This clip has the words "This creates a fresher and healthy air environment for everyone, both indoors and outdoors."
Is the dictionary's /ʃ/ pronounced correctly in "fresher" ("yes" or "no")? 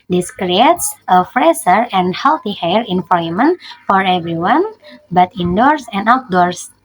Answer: no